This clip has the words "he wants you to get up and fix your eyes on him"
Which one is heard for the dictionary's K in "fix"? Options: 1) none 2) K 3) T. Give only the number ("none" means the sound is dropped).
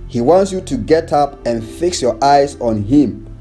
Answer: 2